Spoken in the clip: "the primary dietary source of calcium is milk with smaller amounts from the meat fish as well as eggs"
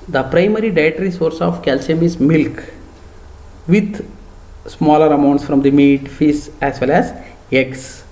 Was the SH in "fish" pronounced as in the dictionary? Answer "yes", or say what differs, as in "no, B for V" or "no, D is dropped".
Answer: no, S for SH